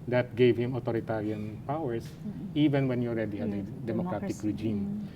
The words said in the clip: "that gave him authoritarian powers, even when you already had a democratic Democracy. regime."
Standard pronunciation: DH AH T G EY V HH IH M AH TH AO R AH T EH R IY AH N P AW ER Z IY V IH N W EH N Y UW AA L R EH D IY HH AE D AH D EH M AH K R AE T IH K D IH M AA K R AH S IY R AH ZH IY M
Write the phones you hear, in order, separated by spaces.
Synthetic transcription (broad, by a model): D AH T G EY V HH IH M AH T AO R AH T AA R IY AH N P AW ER S IY V IH N W EH N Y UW AA L R EH D IY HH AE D AH D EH M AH K R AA T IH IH K R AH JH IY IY M